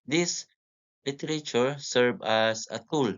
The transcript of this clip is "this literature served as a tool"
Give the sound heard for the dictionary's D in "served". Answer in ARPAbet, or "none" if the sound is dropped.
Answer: none